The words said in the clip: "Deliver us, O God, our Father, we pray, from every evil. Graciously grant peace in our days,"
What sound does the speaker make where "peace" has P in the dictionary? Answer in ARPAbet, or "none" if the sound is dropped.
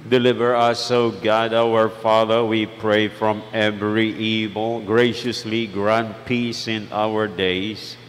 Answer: P